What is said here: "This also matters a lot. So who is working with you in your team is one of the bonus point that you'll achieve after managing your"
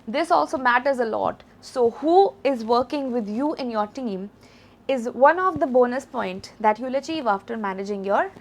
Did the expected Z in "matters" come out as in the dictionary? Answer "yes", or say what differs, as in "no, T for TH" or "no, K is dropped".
yes